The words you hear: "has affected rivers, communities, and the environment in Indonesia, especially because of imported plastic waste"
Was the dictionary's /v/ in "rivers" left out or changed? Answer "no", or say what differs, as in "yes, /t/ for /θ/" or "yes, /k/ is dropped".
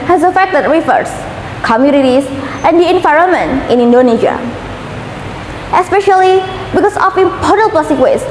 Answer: yes, /f/ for /v/